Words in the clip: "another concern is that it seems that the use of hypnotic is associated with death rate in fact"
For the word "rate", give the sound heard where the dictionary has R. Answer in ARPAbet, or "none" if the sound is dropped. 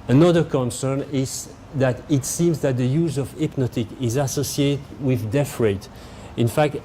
R